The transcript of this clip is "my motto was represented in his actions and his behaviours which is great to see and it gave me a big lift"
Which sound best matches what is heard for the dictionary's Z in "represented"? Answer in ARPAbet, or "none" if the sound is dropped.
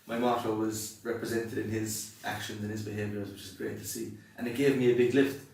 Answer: Z